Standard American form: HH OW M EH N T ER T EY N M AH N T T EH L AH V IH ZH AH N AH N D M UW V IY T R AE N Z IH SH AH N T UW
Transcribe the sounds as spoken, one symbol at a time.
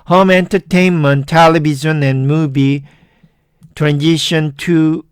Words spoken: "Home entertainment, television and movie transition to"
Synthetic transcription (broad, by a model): HH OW M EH N T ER T EY N M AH N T T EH L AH B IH Z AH N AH N M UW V IY T R AE N Z IH SH AH N T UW